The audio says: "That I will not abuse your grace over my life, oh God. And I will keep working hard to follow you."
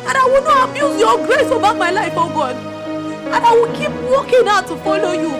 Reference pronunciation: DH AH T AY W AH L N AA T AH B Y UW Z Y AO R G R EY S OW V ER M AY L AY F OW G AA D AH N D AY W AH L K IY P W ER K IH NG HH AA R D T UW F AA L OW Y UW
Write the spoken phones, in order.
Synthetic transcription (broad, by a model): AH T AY W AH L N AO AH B Y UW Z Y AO G R EY S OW B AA M AY L AY F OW G AA D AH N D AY W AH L K IY P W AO K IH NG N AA T UW F AA L OW Y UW